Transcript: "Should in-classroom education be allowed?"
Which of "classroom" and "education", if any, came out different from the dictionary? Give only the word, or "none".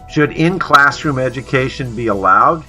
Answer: none